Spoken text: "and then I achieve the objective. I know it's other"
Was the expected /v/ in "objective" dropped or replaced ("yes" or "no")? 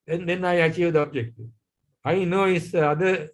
yes